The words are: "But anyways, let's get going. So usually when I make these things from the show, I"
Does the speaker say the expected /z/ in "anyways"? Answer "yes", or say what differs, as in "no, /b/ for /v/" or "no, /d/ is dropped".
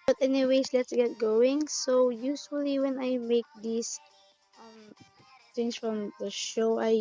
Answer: no, /s/ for /z/